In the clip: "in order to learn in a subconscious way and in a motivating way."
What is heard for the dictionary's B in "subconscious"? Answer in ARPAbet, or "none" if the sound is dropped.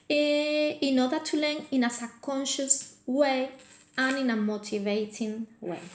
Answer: none